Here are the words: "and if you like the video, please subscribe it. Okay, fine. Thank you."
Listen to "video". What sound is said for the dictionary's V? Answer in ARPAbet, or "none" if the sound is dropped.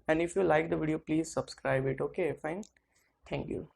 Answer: V